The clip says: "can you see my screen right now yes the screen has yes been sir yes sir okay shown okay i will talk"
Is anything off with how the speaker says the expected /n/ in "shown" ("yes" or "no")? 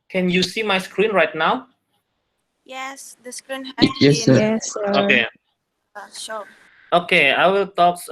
yes